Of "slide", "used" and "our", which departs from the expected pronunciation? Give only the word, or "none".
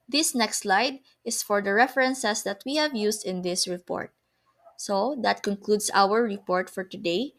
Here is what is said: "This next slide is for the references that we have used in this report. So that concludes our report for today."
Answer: used